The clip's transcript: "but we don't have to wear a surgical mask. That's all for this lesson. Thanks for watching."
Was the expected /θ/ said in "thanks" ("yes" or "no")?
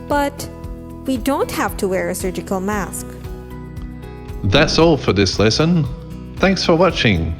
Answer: yes